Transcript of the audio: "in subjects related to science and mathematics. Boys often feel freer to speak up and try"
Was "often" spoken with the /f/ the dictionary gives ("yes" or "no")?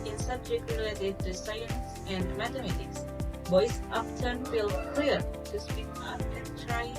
no